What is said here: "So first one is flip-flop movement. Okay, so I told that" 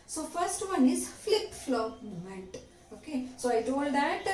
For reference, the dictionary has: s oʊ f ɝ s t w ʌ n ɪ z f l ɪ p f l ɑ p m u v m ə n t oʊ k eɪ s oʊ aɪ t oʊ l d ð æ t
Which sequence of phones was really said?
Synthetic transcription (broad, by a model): s oʊ f ɝ s t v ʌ n ɪ z f l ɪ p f l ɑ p m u m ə n t oʊ k eɪ s oʊ aɪ t oʊ l d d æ t